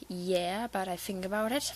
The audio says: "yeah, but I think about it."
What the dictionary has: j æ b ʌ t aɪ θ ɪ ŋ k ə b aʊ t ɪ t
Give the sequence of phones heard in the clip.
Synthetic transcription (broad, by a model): j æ b ʌ t aɪ θ ɪ ŋ k ə b aʊ t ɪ t